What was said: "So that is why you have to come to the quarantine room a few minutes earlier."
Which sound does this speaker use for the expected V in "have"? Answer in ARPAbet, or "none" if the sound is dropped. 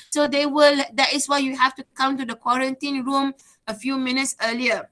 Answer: F